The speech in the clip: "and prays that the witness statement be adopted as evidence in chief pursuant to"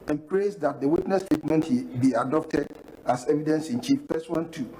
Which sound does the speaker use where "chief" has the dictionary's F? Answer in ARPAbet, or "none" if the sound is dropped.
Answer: F